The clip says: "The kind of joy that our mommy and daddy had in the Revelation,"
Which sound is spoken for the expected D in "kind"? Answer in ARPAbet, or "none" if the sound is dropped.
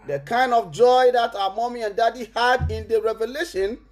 D